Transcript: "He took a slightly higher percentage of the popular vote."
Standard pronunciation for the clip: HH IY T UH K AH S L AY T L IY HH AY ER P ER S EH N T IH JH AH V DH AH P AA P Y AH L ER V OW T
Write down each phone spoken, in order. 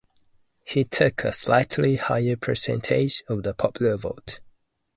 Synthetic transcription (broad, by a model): HH IY T UH K AH S L AY T L IY HH AY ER P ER S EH N T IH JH AH V DH AH P AA P Y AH L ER V OW T